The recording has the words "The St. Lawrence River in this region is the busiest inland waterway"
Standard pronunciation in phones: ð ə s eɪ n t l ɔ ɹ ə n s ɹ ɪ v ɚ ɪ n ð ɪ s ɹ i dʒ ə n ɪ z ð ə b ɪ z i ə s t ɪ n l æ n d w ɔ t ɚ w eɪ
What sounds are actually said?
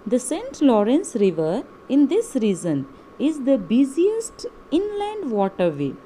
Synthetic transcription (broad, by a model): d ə s eɪ n t l ɔ ɹ ə n s ɹ ɪ v ɚ ɪ n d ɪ s ɹ i z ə n ɪ z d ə b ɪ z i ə s t ɪ n l æ n d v ɔ t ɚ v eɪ